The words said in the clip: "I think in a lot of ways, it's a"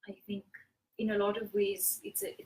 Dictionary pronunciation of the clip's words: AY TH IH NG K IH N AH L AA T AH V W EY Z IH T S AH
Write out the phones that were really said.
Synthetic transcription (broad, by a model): AY TH IH NG K IH N AH L AA T AH V W EY Z IH T S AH